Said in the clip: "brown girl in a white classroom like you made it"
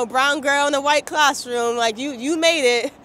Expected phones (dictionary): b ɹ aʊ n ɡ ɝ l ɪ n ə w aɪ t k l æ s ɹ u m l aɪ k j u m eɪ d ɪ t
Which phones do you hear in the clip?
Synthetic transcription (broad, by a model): b ɹ aʊ n ɡ ɝ l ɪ n ə w aɪ t k l æ s ɹ u m l aɪ k j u m eɪ d ɪ t